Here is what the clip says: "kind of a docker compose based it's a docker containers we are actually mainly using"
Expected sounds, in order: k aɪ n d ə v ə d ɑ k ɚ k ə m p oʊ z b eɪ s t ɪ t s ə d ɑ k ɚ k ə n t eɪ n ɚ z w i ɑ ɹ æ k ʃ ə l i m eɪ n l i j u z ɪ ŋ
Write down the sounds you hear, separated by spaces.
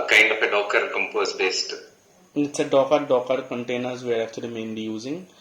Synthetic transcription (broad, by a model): k aɪ n d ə f ə d ɑ k ɚ k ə m p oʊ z b eɪ s t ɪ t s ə d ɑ k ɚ k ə n t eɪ n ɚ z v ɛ ɹ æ k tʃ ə l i m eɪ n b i j u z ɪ ŋ